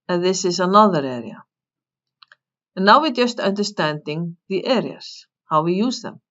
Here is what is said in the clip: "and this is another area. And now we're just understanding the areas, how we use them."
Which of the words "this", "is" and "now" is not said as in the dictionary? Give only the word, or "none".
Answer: is